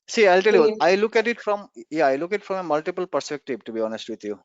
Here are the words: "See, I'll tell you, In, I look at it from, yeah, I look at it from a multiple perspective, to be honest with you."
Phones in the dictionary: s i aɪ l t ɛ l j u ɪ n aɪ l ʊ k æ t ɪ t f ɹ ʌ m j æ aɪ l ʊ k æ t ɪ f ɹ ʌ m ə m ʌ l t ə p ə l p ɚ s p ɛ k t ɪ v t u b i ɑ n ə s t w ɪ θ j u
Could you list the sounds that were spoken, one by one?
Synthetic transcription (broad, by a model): s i aɪ l t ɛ l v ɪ l aɪ l ʊ k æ t ɪ t f ɹ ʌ m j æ aɪ l ʊ k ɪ t f ɹ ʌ m ə m ʌ l t ə p ə l p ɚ s p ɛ k t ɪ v t u b i ɑ n ə s t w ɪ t j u